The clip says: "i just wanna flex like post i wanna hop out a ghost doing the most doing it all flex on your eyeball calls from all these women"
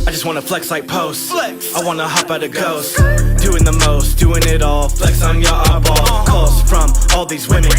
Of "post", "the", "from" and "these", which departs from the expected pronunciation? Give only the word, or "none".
none